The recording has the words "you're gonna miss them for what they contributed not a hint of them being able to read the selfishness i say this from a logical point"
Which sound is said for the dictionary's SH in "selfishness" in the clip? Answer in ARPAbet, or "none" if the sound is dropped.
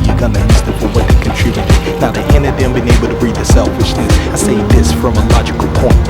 SH